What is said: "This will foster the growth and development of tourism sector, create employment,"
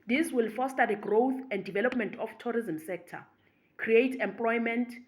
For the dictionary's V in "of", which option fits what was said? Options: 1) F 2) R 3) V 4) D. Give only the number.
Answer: 1